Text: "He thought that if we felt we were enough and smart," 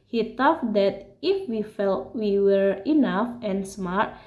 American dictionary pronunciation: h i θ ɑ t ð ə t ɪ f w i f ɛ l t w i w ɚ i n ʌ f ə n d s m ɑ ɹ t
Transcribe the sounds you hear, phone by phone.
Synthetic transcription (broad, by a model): h i t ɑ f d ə t ɪ f w i f ɛ l t w i w ɚ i n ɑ f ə n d s m ɑ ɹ t